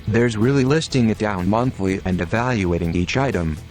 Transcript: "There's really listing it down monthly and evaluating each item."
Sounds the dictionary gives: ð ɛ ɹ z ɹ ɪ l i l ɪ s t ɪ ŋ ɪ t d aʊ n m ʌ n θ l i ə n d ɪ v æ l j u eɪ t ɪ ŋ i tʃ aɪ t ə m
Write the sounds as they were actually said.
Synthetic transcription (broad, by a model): ð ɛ ɹ z ɹ ɪ l i l ɪ s t ɪ ŋ ɪ t d aʊ n m ʌ n θ l i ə n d ɪ v æ l j u eɪ t ɪ ŋ i tʃ aɪ t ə m